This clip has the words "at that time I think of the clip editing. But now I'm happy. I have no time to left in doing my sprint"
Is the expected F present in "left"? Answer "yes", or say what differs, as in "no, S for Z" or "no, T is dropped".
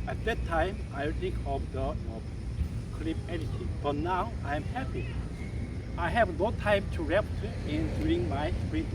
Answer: no, P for F